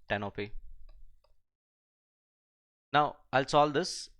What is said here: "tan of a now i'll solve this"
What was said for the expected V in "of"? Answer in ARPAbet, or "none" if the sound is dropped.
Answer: P